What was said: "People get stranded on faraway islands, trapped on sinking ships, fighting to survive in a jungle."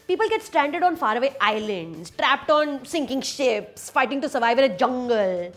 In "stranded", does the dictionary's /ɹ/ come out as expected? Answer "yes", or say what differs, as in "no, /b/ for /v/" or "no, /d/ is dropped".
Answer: yes